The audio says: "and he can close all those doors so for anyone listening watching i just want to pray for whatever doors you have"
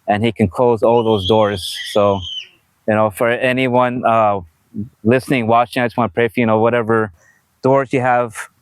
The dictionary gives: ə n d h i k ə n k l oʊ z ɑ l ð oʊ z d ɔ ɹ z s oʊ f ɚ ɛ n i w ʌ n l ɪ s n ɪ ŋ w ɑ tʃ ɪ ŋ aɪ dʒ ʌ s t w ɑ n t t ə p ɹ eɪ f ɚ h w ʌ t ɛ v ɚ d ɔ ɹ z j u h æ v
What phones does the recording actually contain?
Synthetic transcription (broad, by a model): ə n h i k ə n k l oʊ z ɑ l ð oʊ z d ɔ ɹ z s oʊ f ɚ ɛ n i w ʌ n l ɪ s n ɪ ŋ w ɑ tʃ ɪ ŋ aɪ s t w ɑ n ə p ɹ eɪ f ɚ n w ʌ t ɛ v ɚ d ɔ ɹ z j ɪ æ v